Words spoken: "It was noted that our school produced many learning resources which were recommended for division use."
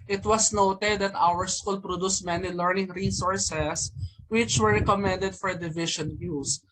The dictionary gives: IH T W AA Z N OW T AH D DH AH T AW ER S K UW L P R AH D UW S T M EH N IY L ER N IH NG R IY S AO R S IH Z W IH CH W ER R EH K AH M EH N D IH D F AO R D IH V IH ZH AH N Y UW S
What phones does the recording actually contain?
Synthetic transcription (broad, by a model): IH T W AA S N OW T AH D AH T AW ER S K UW L P R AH D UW S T M EH N IY L ER N IH NG R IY S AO R S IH S W IH CH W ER R EH K AH M EH N D IH D F AO R D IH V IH SH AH N Y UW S